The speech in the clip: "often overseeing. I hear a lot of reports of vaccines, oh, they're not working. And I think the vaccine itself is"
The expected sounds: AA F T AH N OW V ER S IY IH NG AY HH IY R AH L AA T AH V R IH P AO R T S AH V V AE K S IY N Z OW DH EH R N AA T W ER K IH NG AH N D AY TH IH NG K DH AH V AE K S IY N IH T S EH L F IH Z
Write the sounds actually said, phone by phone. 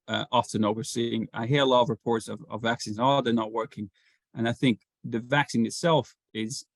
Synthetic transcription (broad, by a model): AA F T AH N OW V ER S IY IH NG AY HH IY R AH L AA T AH V R IH P AO R T S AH V V AE K S IY N Z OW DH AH R N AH T W ER K IH NG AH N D AY TH IH NG K DH AH V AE K S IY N IH T S EH L F IH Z